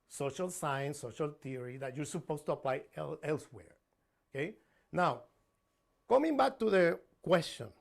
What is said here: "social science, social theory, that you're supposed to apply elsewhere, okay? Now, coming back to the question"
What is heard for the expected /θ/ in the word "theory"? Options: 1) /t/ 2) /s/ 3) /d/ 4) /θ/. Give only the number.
1